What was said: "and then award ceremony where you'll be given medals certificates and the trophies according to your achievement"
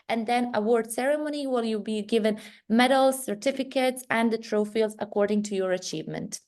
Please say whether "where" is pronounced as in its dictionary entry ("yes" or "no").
no